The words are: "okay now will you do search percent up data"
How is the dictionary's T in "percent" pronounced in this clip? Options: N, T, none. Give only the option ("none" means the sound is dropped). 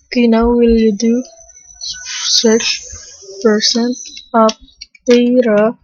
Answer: none